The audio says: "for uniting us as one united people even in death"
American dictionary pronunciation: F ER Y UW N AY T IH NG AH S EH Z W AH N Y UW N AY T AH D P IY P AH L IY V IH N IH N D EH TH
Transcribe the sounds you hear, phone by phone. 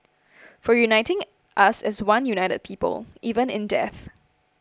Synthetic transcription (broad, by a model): F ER Y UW N AY T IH NG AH S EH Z W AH N Y UW N AY T AH D P IY P AH L IY V IH N IH N D EH TH